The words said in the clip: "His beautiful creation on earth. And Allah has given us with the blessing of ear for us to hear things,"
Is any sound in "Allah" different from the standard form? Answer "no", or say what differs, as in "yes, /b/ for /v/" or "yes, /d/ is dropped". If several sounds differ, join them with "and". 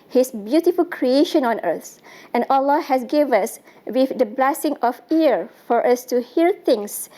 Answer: no